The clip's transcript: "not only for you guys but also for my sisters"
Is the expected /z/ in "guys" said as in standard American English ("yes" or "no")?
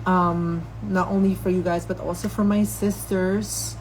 yes